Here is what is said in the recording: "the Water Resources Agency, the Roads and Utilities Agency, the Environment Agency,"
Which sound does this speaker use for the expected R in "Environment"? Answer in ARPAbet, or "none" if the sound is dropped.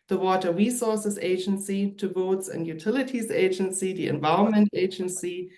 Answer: none